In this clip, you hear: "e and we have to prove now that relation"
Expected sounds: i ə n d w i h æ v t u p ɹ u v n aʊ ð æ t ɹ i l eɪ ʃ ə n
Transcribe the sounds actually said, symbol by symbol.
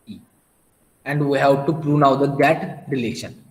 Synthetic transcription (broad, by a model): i ə n d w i h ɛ p t u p ɹ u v n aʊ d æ t ɹ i l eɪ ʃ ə n